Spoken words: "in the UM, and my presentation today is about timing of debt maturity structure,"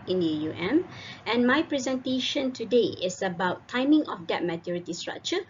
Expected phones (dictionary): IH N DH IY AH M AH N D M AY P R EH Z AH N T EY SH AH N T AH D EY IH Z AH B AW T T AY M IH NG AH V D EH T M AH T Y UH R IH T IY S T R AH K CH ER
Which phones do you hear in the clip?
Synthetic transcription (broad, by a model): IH N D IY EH M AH N M AY P R EH Z AH N T EY SH AH N T AH D EY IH S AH B AW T T AY M IH NG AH F D EH T M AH T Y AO R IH T IY S T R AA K CH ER